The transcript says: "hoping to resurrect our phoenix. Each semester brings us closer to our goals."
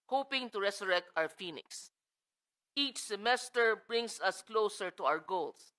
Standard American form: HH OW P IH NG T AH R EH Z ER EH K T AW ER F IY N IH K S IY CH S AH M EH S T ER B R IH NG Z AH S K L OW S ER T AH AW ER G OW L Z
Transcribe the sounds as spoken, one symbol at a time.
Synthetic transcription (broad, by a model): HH OW P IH NG T AH R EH S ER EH K T AW ER F IY N IH K S IY CH S AH M EH S T ER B R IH NG S AH S K L OW S ER T AH AW ER G OW L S